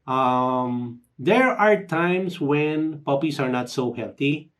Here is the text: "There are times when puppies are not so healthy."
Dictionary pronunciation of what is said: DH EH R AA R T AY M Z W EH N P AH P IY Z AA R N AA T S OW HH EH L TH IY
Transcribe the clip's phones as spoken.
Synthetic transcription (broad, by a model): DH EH R AA R T AY M S W EH N P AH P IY S AA R N AA T S OW HH EH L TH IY